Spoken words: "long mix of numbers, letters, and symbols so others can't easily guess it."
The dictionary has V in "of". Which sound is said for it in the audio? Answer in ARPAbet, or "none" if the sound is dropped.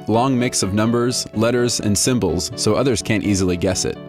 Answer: V